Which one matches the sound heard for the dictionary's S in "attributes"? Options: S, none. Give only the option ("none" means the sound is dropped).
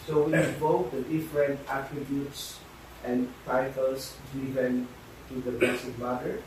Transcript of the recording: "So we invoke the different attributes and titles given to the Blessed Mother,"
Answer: S